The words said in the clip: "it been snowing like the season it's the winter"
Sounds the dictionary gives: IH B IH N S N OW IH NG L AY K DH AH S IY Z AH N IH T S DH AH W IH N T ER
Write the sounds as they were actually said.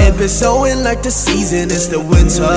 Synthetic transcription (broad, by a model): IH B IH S OW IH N L AY K DH AH S IY Z AH N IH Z DH AH W IH N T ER